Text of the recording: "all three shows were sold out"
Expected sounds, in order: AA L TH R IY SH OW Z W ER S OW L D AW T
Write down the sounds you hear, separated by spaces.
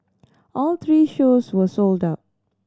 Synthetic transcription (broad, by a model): AA L T R IY SH OW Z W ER S OW L D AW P